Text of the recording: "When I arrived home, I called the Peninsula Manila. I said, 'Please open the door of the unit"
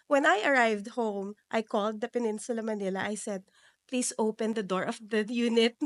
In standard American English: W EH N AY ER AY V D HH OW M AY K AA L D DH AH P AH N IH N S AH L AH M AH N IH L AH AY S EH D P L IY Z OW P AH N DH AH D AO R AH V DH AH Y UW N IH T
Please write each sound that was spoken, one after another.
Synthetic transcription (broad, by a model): W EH N AY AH AY V D HH OW M AY K AA L D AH P AH N IH N S AH L AH M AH N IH L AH AY S EH D P L IY S OW P AH N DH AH D AO R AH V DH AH Y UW N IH T